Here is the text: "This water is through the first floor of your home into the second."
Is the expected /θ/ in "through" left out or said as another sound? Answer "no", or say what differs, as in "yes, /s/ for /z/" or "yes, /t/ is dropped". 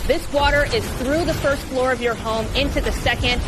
no